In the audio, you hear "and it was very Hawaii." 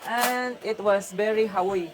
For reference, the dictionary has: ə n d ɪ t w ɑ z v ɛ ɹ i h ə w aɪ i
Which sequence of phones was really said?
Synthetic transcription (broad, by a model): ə n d ɪ t w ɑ s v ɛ ɹ i h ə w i